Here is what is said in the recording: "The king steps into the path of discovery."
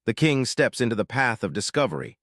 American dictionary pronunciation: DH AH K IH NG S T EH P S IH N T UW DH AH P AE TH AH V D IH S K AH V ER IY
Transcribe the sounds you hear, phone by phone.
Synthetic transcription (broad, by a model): DH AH K IH NG S T EH P S IH N T UW DH AH P AE TH AH V D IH S K AH V ER IY